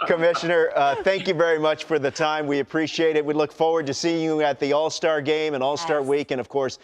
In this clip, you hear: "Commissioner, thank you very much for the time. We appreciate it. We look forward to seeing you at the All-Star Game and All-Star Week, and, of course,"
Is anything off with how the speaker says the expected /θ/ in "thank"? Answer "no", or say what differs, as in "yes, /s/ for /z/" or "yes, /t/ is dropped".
no